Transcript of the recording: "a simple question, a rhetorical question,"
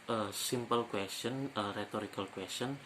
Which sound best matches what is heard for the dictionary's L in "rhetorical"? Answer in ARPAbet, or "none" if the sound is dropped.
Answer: L